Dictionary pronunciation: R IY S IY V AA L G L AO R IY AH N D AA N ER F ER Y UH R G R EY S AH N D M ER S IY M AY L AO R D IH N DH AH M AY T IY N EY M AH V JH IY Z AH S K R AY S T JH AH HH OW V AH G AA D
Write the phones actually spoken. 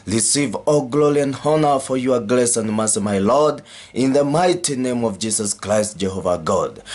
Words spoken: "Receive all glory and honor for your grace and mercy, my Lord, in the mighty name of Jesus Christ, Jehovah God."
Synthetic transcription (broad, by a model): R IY S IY V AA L G L AO R IY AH N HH AA N ER F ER Y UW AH G L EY S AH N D M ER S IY M AY L AO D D IH N DH AH M AY T IY N EY M AH V JH IY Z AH S K R AY S T JH AH HH OW V AH G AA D